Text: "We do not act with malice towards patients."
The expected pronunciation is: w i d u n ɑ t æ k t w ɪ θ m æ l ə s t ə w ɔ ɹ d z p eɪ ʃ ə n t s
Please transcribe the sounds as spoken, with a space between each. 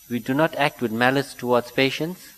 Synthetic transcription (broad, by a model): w i d u n ɑ t æ k t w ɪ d m æ l ə s t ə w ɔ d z p eɪ ʃ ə n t s